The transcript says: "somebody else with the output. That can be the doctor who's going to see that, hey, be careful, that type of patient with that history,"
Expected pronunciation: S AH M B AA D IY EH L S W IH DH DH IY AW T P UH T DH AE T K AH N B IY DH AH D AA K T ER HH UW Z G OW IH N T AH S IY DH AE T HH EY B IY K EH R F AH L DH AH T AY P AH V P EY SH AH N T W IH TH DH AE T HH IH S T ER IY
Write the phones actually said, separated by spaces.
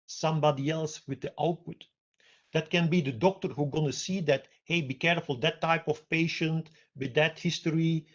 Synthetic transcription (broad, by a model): S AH M B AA D IY EH L S W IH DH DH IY AW T P UH T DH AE T K AH N B IY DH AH D AA K T ER HH UW G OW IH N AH S IY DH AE T HH EY B IY K EH R F AH L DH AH T AY P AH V P EY SH AH N T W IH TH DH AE T HH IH S T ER IY